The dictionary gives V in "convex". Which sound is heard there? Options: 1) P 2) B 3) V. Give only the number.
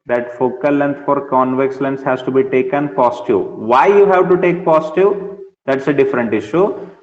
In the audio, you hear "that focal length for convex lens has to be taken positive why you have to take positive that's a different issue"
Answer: 3